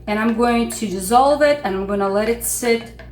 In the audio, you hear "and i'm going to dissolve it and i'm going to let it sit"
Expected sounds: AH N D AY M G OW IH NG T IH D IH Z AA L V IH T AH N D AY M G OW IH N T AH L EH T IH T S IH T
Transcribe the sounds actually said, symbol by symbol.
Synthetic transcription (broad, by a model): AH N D AY M G OW IH NG T IH D IH Z AA L V IH T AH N AY M G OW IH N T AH L EH T IH T S IH T